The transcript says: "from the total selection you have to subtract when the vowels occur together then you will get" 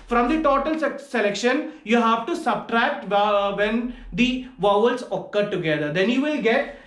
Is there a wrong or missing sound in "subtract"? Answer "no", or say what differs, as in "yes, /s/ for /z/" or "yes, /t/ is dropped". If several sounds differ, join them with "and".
no